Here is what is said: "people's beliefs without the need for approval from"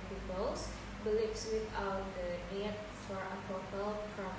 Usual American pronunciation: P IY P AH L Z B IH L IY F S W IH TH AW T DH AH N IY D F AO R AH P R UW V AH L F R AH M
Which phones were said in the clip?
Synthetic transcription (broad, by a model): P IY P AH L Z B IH L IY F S W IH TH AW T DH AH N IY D F AO R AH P AO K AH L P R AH